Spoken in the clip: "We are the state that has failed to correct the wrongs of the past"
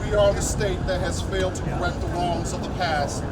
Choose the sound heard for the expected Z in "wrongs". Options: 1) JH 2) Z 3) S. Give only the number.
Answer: 2